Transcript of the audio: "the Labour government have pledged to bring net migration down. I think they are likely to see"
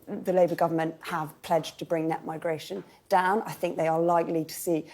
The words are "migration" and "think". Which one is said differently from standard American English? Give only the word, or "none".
none